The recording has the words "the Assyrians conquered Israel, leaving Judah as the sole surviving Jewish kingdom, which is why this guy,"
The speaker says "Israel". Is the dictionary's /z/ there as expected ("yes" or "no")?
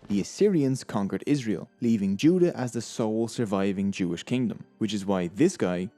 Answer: yes